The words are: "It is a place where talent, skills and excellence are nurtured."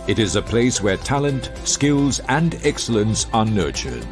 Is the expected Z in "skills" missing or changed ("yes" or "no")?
no